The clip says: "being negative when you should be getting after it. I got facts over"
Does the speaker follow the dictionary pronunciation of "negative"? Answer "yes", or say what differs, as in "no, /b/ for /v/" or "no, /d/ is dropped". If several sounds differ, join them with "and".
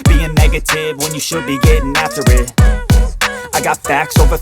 yes